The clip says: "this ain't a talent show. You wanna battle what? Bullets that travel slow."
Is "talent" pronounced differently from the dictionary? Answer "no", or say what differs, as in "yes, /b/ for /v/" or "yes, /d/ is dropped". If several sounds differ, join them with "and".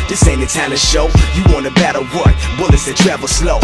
yes, /l/ is dropped